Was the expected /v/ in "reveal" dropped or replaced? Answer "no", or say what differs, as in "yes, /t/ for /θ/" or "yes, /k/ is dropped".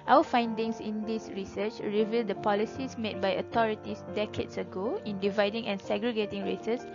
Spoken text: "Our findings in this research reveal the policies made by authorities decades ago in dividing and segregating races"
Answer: no